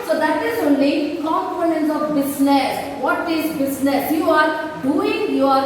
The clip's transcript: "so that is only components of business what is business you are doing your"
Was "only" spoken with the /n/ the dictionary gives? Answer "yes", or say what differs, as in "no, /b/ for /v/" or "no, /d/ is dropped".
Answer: yes